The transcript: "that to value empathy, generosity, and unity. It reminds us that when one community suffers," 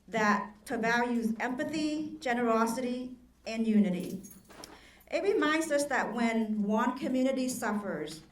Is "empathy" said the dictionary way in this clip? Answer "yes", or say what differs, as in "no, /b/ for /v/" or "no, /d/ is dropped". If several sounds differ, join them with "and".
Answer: yes